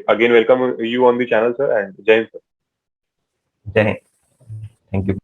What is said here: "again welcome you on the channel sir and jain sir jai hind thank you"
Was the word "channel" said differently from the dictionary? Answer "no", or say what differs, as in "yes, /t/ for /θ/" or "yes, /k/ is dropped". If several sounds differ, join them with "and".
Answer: no